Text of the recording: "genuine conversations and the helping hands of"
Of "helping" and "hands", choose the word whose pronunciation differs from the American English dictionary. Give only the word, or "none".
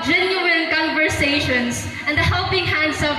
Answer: hands